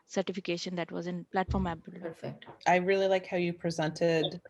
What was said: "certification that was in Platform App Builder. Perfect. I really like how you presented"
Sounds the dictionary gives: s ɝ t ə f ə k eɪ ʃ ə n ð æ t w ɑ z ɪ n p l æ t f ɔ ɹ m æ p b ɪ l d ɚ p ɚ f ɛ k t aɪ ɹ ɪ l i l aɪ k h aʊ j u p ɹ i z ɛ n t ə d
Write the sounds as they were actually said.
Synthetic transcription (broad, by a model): s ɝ t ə f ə k eɪ ʃ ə n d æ t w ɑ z ɪ n p l æ t f ɔ ɹ m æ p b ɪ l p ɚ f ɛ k t aɪ ɹ ɪ l i l aɪ k h aʊ j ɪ p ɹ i z ɛ n t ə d